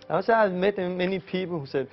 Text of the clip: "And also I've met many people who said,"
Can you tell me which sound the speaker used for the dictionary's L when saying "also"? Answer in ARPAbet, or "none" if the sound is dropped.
none